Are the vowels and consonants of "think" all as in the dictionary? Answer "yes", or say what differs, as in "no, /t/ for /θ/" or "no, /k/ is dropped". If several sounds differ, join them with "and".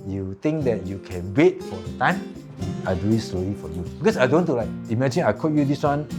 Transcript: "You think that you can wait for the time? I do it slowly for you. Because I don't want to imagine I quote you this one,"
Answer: no, /t/ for /θ/